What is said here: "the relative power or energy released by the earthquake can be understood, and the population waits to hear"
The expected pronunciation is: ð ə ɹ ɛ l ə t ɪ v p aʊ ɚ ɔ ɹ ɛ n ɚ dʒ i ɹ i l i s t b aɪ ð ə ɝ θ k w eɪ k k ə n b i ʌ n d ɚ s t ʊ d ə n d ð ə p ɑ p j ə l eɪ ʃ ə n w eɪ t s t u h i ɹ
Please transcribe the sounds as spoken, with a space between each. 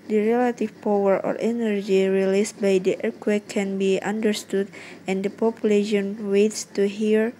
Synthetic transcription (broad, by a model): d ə ɹ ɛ l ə t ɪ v p aʊ ɚ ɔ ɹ ɛ n ɚ dʒ i ɹ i l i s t b aɪ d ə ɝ k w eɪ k k ə n b i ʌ n d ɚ s t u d ə n d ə p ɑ p j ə l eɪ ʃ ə n w eɪ t s t u h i ɹ